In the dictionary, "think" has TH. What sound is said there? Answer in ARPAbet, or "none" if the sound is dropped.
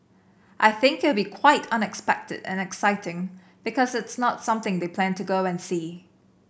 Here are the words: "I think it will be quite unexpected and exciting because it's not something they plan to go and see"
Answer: TH